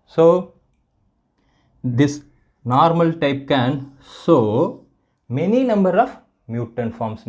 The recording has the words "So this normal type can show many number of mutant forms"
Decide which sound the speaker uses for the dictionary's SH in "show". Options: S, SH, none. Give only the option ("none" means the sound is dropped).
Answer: S